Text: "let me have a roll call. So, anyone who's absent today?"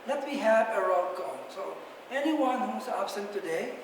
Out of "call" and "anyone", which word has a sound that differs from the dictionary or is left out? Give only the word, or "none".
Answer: call